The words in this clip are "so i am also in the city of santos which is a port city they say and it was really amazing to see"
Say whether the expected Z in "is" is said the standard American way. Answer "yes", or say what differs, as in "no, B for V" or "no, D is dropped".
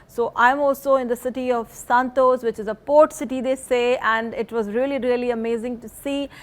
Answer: yes